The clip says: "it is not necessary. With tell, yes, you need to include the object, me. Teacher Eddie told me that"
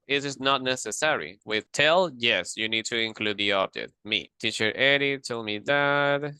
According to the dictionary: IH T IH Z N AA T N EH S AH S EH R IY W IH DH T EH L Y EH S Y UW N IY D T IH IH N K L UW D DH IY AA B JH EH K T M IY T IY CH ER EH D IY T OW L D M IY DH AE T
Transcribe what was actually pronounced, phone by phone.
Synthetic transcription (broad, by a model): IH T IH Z N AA T N EH S AH S EH R IY W IH DH T EH L Y EH S Y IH N IY D T IH IH N K L UW D DH IY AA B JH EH T M IY T IY CH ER EH D IY T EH L M IY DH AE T